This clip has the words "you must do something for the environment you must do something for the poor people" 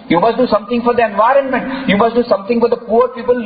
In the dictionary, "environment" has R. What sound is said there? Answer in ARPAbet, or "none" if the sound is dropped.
R